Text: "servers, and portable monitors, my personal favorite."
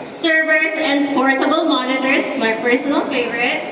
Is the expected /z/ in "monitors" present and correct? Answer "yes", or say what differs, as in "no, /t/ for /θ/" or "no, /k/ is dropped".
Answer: no, /s/ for /z/